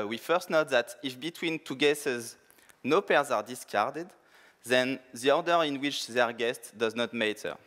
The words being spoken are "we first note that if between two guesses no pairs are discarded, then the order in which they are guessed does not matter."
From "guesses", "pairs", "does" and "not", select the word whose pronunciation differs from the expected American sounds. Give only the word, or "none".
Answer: none